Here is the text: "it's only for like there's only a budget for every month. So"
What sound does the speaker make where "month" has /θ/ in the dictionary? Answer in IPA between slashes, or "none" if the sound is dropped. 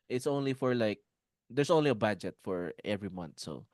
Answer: /t/